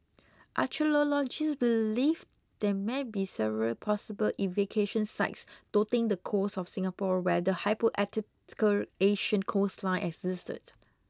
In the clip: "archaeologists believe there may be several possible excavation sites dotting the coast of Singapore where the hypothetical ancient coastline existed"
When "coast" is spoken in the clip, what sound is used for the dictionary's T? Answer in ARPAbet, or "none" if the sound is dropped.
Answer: none